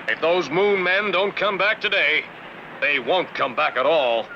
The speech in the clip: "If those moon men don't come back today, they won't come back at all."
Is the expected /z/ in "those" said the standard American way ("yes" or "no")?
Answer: yes